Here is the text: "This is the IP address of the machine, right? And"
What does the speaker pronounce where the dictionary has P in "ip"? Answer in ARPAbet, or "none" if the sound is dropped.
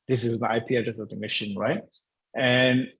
P